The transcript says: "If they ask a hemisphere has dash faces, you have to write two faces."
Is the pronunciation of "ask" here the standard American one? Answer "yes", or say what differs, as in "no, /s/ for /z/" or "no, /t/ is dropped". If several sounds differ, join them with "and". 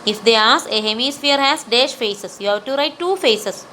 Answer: no, /k/ is dropped